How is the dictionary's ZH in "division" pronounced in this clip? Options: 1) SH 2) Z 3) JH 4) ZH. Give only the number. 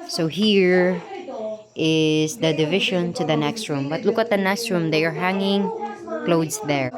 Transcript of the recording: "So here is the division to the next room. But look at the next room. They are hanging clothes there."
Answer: 1